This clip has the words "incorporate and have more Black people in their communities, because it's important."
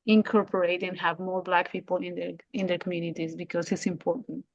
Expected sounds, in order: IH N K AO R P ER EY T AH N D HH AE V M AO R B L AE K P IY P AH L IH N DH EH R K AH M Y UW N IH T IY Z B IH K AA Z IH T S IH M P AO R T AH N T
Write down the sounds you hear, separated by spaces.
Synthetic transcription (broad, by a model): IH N K AO R P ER EY T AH N HH AE V M AO R B L AE K P IY P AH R IH N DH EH R K AH M Y UW N IH T IY Z B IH K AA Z IH T S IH M P AO R T N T